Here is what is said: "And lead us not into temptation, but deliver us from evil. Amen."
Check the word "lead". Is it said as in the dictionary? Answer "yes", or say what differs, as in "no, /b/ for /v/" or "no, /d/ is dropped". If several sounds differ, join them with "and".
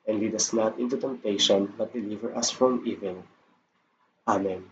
no, /w/ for /l/